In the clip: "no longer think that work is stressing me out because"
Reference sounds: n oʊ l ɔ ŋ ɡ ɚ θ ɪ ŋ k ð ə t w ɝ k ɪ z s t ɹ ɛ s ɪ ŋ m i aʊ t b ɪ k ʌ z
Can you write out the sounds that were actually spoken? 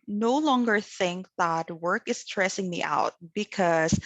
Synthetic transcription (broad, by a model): n oʊ l ɔ ŋ ɡ ɚ θ ɪ ŋ k ð ə t w ɝ k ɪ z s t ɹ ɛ s ɪ ŋ m i aʊ t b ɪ k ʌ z